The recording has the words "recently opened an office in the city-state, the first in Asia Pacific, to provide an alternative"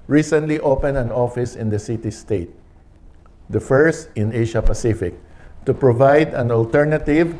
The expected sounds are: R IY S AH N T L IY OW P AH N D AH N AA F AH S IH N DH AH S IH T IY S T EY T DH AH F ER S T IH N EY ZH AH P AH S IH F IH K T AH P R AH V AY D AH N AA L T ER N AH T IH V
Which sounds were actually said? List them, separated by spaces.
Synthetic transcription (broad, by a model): R IY S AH N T L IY OW P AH N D AH N AA F AH S IH N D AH S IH T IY S T EY T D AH F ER S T IH N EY SH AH P AH S IH F IH K T AH P R AH V AY D AH N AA L T ER N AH T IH V